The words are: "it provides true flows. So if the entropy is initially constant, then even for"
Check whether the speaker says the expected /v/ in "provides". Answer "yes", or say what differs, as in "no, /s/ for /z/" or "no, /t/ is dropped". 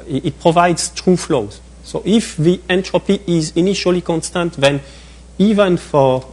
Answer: yes